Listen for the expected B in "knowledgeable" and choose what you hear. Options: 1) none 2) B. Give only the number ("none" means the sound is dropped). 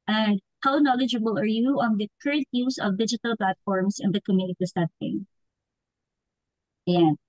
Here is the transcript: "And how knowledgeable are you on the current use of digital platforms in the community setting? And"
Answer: 2